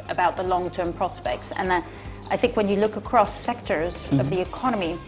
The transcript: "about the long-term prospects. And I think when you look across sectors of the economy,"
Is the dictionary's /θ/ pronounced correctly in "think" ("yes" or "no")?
yes